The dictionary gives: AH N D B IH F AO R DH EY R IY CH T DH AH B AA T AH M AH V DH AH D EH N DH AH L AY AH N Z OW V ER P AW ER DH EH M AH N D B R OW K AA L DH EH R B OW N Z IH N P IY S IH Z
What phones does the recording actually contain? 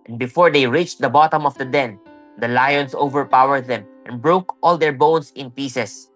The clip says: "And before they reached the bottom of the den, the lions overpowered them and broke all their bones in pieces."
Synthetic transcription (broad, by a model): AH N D B IH F AO R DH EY R IY CH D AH B AA T AH M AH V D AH D EH N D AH L AY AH N S OW V ER P AW ER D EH M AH N B R OW K AA L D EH R B OW N S IH N P IY S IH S